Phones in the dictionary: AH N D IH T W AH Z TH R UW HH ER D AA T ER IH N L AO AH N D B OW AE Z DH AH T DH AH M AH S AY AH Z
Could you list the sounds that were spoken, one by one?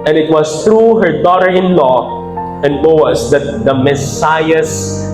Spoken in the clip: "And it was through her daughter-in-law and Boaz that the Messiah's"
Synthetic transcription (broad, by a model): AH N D IH T W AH S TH R UW HH ER D AA T ER IH N L AO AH N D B OW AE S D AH T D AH M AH S AY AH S